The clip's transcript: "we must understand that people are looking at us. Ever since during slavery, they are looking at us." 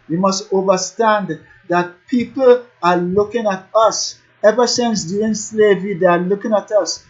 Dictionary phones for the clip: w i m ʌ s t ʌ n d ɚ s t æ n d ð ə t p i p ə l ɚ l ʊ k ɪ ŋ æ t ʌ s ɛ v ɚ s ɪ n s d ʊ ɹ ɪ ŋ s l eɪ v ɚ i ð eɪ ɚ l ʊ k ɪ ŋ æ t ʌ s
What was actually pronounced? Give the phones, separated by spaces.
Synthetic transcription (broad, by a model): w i m ʌ s t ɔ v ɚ s t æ n d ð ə t p i p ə l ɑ l ʊ k ɪ ŋ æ t ʌ s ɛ v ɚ s ɪ n s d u ɪ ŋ s l eɪ v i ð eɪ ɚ l ʊ k ɪ ŋ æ t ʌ s